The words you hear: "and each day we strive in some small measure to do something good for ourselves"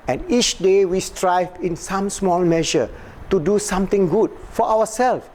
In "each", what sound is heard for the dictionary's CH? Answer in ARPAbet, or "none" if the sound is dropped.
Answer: CH